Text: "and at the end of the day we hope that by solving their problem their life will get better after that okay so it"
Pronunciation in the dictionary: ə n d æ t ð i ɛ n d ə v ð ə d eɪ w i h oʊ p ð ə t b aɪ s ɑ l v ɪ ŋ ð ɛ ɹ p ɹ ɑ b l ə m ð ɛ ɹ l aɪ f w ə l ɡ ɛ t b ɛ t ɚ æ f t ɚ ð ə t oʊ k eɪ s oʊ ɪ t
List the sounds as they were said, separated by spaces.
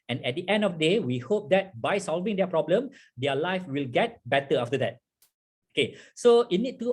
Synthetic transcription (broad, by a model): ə n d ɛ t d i ɛ n d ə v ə d eɪ w i h oʊ p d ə t b aɪ s ɑ l v ɪ ŋ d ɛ p ɹ ɑ b l ə m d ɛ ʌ l aɪ f w ə l ɡ ɛ t b ɛ t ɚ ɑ f t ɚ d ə t oʊ k eɪ s oʊ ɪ t